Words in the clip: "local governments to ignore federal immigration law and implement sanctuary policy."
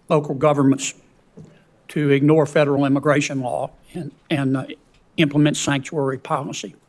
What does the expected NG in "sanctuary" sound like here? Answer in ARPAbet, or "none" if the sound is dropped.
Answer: NG